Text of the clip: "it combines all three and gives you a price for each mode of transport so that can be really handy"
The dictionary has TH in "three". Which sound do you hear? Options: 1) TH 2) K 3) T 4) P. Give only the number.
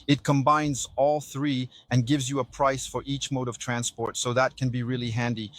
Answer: 1